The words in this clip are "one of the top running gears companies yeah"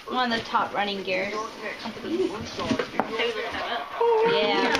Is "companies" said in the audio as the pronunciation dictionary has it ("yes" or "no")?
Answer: no